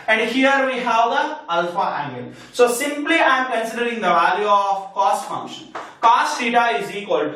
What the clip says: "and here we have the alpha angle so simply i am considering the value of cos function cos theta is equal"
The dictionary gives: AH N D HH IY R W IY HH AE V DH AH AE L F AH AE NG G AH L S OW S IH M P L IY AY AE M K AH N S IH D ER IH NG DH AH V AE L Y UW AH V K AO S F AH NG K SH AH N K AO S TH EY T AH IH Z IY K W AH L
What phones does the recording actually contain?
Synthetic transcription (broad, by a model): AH N D HH IY R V IY HH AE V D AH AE L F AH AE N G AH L S OW S IH M P L IY AY M K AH N S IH D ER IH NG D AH V AE L Y UW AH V K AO S F AH NG K SH AH N K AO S S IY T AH IH Z IY K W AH L